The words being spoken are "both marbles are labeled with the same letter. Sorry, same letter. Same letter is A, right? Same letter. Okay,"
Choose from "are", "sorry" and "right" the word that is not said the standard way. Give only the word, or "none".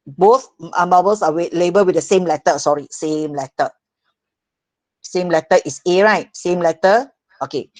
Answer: are